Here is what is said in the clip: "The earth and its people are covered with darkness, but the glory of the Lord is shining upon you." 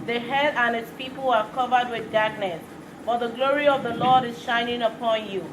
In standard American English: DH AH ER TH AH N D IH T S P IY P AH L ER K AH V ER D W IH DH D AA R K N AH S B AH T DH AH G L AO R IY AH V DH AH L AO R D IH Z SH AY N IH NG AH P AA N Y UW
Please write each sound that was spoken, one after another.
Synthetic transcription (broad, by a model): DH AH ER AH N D IH T S P IY P AH L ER K AH V ER D W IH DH D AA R K N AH S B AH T DH AH G L AO R IY AH V DH AH L AO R D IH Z SH AY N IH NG AH P AA N Y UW